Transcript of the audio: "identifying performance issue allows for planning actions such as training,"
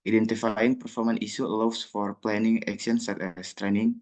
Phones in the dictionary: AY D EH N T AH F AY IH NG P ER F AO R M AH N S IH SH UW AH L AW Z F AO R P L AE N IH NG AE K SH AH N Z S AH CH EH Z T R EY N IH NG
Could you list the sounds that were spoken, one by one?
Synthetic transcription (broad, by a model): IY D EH N T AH F AY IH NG P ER F AO R M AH N IY S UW L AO S F AO R P L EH N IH NG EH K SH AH N S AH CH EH S T R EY N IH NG